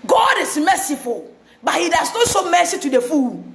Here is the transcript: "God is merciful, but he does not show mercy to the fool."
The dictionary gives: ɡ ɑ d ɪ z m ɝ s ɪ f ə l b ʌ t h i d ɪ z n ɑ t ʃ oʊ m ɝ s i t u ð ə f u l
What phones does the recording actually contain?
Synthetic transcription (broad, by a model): ɡ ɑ d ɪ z m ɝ s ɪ f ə l b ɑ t h i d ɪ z n ɑ t s oʊ m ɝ s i t u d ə f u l